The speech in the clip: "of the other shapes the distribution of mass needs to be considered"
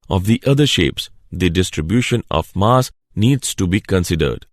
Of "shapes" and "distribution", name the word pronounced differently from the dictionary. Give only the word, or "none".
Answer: none